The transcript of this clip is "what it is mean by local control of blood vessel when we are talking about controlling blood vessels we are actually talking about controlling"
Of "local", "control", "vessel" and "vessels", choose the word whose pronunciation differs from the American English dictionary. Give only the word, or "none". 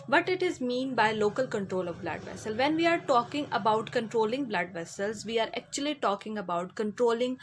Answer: none